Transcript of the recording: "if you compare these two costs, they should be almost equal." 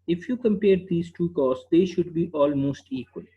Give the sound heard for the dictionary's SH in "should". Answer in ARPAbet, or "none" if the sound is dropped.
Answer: SH